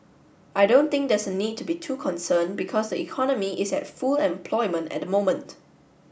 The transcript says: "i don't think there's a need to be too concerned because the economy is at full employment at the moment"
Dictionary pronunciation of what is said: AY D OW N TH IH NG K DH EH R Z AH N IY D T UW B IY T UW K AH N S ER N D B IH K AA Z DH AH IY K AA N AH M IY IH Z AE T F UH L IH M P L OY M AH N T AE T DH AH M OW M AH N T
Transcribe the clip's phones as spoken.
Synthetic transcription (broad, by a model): AY D OW N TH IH NG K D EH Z AH N IY D T UW B IY T UW K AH N S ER N B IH K AA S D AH IY K AA N AH M IY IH S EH T F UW L IH M P L OY M AH N T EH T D AH M OW M AH N T